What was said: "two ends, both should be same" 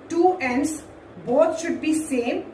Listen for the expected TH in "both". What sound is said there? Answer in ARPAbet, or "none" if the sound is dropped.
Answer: T